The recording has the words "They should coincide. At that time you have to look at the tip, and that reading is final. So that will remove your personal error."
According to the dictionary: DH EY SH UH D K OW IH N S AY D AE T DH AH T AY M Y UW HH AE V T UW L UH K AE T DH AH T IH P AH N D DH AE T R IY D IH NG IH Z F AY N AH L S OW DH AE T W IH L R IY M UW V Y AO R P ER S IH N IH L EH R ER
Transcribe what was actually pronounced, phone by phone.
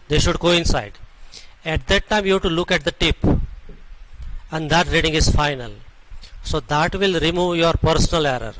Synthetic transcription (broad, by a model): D EY SH UH D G OW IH N S AY D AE T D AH T AY M Y UW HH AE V T UW L UH K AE T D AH T IH P AH N D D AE T R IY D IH NG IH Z F AY N AH L S OW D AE T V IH L R IY M UW V Y AO R P ER S IH N IH L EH R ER